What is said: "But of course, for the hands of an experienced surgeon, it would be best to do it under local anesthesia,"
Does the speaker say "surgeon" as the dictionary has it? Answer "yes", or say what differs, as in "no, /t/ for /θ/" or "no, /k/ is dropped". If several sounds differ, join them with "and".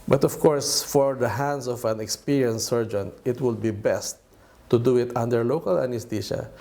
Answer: yes